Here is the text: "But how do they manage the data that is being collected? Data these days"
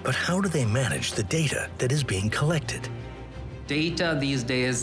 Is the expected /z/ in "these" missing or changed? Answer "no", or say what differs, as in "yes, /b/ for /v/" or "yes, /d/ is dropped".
no